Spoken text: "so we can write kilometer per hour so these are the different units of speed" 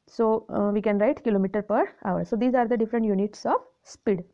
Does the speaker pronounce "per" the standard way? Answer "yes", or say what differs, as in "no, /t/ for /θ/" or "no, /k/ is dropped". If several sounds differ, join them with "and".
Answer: yes